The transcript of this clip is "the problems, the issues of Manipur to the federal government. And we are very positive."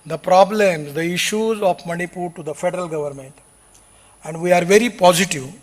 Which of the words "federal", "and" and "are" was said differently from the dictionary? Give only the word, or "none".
none